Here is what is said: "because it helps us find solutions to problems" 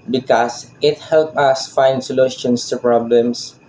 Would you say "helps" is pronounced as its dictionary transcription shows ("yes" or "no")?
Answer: no